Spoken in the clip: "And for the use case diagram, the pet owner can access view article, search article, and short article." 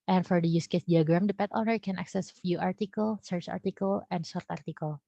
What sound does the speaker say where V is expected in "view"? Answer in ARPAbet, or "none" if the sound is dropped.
F